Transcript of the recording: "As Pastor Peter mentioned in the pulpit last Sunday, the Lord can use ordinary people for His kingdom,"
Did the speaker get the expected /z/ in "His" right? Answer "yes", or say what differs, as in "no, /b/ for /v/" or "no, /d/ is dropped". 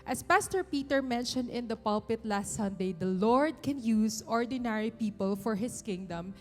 no, /s/ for /z/